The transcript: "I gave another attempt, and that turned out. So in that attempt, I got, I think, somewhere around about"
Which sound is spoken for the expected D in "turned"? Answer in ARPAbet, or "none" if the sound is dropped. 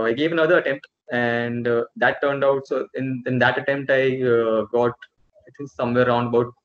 D